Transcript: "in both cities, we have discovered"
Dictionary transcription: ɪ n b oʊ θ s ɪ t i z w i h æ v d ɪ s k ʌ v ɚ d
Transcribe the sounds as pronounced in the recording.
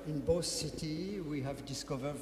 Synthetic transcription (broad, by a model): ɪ n b oʊ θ s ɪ t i w i h æ v d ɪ s k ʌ v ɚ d